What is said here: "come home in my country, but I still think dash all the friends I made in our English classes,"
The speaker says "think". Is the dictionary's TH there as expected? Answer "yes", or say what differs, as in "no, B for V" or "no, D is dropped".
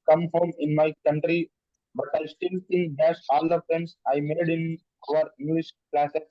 no, S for TH